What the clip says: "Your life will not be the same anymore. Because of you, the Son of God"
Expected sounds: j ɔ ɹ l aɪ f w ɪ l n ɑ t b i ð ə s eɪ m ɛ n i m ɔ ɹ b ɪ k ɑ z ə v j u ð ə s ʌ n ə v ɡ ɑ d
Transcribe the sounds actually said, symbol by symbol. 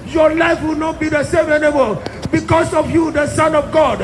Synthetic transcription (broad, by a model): j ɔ l aɪ f w ɪ l n ɑ t b i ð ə s eɪ m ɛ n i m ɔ l b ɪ k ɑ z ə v j u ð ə s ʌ n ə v ɡ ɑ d